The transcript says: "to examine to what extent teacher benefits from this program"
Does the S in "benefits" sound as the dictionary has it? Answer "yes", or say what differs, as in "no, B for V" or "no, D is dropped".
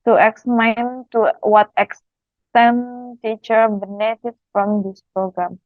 no, S is dropped